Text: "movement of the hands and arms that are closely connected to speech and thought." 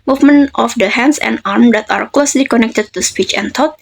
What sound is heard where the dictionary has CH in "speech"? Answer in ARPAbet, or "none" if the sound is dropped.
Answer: CH